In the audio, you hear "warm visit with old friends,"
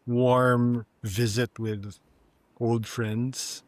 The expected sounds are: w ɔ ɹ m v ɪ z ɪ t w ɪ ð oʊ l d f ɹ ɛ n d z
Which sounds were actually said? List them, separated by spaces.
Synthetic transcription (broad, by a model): w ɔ ɹ m v ɪ z ɪ t w ɪ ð oʊ l d f ɹ ɛ n d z